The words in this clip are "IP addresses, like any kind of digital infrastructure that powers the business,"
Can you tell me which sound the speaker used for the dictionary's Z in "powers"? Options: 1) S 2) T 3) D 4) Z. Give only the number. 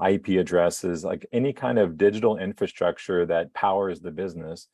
4